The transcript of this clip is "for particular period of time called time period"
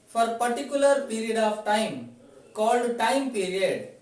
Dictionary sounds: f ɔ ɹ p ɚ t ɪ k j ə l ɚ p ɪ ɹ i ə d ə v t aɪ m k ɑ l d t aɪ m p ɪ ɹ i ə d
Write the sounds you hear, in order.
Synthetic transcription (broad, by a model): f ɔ ɹ p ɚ t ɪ k j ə l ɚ p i ɹ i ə d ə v t aɪ m k ɑ l d t aɪ m p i ɹ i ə d